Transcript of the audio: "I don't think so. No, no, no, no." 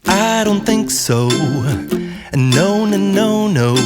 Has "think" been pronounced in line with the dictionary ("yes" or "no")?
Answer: yes